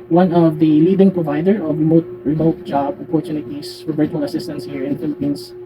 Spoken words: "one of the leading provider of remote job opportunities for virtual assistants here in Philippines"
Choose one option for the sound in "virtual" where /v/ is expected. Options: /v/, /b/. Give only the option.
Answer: /b/